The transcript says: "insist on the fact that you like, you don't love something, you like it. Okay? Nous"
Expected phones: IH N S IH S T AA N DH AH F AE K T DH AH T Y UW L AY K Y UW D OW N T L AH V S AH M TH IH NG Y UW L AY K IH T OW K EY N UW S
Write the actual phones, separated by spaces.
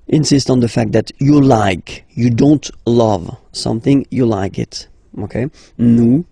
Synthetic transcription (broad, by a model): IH N S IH S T N DH AH F AE K T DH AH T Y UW L AY K Y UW D OW N T L AH V S AH M TH IH NG Y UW L AY K IH T OW K EY N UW